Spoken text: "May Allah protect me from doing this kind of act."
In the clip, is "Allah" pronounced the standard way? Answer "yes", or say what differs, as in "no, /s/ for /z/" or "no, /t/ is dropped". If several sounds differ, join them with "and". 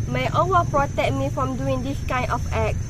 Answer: no, /w/ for /l/